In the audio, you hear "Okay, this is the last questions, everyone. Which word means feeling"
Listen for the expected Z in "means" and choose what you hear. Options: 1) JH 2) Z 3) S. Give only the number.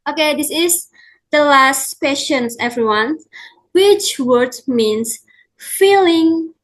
3